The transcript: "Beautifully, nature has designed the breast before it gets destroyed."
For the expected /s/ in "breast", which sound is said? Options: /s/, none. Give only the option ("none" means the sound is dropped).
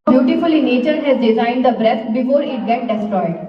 none